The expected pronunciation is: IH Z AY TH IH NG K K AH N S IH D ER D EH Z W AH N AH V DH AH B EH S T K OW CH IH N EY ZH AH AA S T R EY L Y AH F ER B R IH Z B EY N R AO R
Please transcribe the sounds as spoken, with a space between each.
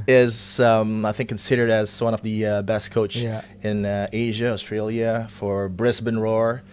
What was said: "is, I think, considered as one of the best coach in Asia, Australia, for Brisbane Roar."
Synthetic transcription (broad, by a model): IH Z AY TH IH NG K K N S IH D ER D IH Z W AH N AH V DH AH B EH S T K OW CH IH N EY ZH AH AA S T R EY L Y AH F ER B R IH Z B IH N R AO R